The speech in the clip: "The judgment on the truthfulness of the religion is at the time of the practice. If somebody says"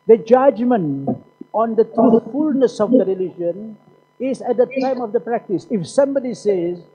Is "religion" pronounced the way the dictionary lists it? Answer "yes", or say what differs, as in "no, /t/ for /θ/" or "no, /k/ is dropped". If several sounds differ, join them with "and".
yes